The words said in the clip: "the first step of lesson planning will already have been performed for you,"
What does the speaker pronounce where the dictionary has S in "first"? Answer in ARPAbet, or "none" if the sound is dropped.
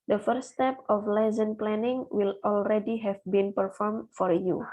none